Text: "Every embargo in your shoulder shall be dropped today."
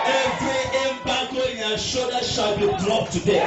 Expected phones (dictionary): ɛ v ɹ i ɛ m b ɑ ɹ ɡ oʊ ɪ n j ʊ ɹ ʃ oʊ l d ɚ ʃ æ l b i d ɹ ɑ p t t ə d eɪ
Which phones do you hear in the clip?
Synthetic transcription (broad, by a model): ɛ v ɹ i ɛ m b ɑ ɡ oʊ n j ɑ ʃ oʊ d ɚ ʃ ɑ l b i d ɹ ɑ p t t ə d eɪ